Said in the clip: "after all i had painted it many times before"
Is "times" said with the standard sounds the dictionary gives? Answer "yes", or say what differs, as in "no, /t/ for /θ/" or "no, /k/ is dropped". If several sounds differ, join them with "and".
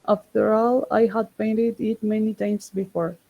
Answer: no, /s/ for /z/